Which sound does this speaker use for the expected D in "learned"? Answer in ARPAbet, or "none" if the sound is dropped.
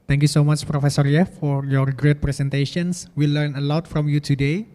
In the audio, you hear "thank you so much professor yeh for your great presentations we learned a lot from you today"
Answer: none